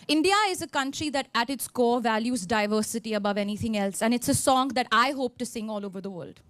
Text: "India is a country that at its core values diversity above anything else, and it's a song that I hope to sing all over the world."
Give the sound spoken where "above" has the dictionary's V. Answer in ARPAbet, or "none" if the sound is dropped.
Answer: V